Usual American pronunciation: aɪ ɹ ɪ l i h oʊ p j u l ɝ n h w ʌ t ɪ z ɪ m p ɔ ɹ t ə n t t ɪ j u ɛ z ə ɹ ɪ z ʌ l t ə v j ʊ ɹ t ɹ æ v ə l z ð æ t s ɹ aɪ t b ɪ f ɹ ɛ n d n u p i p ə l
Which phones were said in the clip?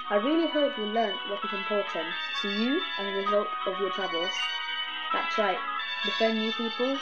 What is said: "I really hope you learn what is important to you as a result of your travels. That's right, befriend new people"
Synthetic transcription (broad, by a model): aɪ ɹ ɪ l i h oʊ p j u l ɝ n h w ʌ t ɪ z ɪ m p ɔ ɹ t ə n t t ɪ j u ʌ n ə ɹ ɪ z ʌ l t ə v j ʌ ɹ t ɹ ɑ b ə l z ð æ t s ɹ aɪ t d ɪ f ɛ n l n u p i p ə l